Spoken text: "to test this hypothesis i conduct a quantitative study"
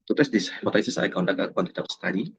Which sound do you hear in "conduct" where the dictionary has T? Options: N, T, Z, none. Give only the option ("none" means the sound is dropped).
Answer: none